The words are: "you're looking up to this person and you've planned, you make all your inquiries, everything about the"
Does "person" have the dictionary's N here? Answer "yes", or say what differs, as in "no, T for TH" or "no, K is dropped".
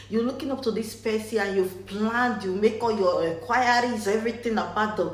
no, N is dropped